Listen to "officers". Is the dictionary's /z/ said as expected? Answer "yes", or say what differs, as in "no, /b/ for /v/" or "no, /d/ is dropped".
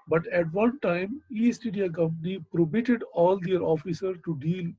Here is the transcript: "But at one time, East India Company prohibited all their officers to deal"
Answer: no, /z/ is dropped